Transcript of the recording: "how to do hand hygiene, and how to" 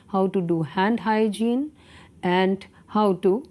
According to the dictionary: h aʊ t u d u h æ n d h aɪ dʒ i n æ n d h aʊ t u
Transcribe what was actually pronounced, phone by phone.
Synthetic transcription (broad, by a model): h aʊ t u d u h æ n d h aɪ dʒ i n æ n d h aʊ t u